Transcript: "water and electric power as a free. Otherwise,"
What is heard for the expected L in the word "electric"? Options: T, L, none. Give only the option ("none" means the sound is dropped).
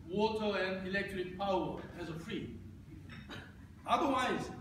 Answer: L